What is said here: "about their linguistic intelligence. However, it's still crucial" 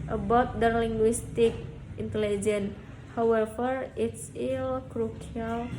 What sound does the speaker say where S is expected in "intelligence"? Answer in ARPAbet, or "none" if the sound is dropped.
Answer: none